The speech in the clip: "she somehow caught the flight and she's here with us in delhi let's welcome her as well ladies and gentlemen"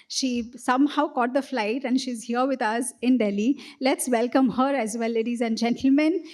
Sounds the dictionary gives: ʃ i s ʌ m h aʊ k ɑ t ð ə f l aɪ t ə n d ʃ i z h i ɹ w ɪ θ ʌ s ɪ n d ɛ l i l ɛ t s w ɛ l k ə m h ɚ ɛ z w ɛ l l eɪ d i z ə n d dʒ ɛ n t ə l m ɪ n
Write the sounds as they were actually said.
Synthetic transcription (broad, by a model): ʃ i s ʌ m h aʊ k ɑ t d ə f l aɪ t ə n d ʃ i z h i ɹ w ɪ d ʌ s ɪ n d ɛ l i l ɛ t s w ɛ l k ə m h ɚ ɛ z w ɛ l l eɪ d i z ə n d dʒ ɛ n t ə l m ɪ n